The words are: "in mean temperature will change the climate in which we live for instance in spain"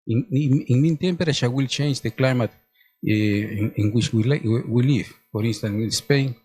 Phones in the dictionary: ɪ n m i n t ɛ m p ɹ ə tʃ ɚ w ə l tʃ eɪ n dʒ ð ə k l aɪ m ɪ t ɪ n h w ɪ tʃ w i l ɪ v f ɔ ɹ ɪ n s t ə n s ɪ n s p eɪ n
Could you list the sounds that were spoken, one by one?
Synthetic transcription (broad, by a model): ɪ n m i n t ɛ m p ɹ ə ʃ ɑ w ə l tʃ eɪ n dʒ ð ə k l aɪ m ɪ t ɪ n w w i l w i l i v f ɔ ɹ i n s t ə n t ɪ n s p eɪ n